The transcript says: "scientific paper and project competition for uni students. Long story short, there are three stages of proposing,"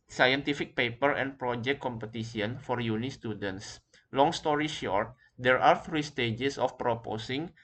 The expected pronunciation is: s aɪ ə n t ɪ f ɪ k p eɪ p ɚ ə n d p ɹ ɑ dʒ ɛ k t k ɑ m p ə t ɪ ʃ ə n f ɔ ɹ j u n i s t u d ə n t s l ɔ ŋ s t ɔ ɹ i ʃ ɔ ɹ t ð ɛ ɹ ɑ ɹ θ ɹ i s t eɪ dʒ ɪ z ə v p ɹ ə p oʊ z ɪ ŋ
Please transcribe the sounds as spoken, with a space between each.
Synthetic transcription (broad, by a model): s aɪ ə n t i f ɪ k p eɪ p ɚ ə n p ɹ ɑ dʒ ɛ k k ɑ m p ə t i s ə n f ɔ ɹ j u n i s t u d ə n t s l ɔ ŋ s t ɔ ɹ i ʃ ɔ ɹ t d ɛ ɹ ɑ ɹ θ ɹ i s t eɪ dʒ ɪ s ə f p ɹ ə p oʊ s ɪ ŋ